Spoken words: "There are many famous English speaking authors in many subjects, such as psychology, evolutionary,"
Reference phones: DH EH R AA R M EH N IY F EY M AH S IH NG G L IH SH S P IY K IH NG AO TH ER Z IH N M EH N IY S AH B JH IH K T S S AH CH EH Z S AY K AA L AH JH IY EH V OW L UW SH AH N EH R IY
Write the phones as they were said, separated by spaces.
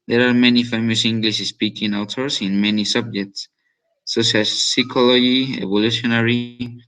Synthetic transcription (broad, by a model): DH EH R AA R M EH N IY F EY M AH S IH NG G L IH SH S P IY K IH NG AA T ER S IH N M EH N IY S AH B JH IH K T S S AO SH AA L S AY K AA L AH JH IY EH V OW L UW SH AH N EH R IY